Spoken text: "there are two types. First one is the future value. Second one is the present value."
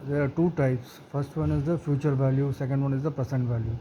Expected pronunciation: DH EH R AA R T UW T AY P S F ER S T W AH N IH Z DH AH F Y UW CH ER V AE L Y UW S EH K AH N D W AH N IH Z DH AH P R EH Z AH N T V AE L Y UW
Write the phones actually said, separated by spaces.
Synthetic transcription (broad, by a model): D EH R AA R T UW T AY P S F ER S T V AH N IH Z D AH F Y UW CH ER V AE L Y UW S EH K AH N D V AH N IH Z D AH P R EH S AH N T V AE L Y UW